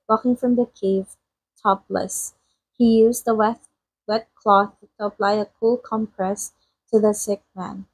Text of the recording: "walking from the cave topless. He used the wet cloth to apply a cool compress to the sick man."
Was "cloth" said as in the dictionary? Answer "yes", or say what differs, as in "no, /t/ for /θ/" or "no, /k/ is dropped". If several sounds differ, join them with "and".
yes